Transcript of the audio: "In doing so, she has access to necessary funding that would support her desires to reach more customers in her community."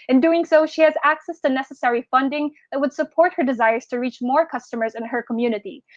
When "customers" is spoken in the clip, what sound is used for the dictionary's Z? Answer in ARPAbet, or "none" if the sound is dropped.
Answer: Z